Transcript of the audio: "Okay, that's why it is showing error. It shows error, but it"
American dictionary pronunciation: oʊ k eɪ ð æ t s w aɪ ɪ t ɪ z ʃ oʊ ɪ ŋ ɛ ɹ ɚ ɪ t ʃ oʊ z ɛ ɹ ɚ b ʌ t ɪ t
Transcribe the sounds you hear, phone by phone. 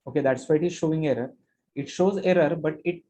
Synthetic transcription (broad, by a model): oʊ k eɪ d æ t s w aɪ ɪ t ɪ z ʃ oʊ ɪ ŋ ɛ ɹ ɚ ɪ t ʃ oʊ z ɛ ɹ ɚ b ʌ t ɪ t